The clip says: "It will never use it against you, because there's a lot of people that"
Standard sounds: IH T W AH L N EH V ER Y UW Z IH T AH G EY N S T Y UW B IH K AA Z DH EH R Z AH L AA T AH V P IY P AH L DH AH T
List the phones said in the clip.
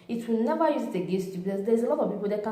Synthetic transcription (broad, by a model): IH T W AH L N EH V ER Y UW Z IH T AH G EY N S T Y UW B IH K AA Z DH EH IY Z AH L AA T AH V P IY P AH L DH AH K